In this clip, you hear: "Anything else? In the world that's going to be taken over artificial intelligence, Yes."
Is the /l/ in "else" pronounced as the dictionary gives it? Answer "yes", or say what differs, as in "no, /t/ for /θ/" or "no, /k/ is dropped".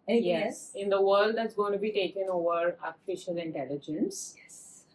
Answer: no, /l/ is dropped